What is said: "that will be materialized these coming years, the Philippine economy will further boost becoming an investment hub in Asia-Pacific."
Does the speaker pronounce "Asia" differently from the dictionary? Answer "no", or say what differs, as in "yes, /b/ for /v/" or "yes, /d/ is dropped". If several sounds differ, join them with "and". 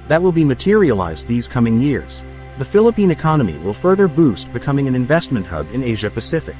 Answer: no